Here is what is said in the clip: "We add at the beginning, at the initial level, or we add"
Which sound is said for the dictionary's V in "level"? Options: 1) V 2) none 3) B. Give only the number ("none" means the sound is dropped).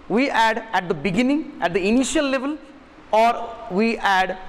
1